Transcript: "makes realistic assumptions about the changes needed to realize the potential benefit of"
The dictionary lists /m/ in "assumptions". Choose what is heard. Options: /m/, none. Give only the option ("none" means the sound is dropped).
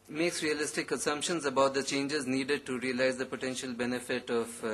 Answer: /m/